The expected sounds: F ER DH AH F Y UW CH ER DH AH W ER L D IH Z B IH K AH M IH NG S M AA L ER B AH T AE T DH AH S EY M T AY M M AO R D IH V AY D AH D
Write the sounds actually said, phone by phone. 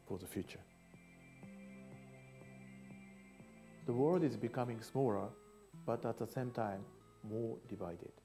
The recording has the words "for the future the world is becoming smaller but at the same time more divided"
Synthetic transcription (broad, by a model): F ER DH AH F Y UW CH ER DH AH W ER L D IH Z B IH K AH M IH NG S M AA L ER B AH T AE T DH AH S EY M T AY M M AO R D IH V AY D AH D